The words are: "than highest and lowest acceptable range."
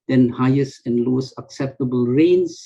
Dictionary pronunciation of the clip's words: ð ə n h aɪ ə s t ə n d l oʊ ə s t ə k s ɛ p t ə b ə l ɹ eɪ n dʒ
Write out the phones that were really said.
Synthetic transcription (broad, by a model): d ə n h aɪ ə s t ə n d l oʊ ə s ə k s ɛ p t ə b ə l ɹ eɪ n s